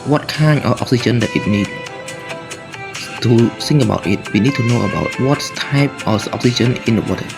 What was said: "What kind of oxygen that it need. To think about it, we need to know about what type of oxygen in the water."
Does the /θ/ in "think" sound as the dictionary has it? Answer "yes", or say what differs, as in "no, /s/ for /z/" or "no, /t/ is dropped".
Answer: no, /s/ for /θ/